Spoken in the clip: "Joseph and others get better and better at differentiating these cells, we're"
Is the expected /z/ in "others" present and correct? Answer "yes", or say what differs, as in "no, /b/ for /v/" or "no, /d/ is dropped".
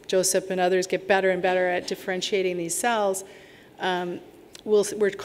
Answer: yes